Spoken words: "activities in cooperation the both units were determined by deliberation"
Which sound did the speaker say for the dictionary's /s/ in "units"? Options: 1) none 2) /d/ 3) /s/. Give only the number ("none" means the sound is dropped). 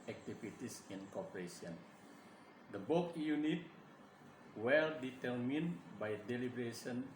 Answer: 1